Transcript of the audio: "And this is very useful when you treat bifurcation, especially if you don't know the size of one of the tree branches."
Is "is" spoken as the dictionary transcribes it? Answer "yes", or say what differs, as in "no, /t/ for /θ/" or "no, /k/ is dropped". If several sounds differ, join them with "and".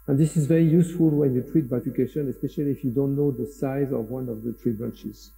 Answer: yes